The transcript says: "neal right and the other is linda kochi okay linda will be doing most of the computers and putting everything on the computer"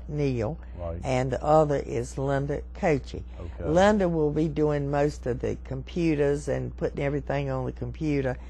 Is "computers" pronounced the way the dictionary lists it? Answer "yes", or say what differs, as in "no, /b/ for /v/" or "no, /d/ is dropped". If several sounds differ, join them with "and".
yes